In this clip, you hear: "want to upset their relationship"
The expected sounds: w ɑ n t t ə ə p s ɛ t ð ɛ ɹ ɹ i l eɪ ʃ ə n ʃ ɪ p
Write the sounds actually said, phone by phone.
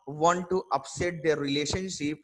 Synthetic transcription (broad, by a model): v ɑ n t t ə ə p s ɛ t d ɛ ɹ ɹ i l eɪ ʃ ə n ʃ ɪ p